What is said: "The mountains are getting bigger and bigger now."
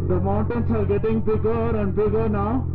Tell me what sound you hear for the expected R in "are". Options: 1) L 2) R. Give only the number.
1